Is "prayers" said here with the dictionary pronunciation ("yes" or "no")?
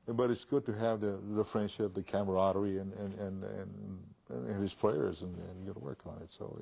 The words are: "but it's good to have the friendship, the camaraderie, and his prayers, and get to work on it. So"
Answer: yes